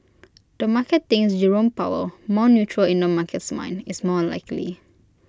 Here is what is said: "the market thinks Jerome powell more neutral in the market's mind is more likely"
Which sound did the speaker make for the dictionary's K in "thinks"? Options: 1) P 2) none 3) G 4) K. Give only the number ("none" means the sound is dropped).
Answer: 2